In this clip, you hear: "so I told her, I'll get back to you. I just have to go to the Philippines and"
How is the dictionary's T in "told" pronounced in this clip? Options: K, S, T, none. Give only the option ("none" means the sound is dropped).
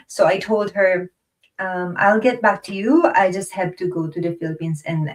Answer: T